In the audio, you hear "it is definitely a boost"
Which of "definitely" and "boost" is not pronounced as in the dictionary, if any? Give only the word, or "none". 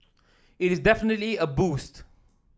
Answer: none